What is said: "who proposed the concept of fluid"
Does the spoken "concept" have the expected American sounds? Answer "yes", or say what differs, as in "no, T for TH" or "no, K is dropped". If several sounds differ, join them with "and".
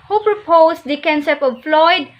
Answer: no, T is dropped